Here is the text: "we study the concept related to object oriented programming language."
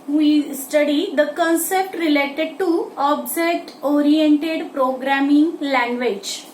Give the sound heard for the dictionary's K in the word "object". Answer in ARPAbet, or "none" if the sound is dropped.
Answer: none